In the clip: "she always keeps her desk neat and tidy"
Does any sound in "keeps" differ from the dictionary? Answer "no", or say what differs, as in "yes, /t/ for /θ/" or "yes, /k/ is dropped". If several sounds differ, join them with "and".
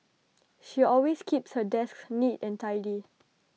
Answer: no